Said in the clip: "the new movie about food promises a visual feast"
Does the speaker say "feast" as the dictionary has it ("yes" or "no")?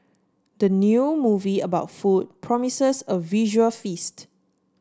yes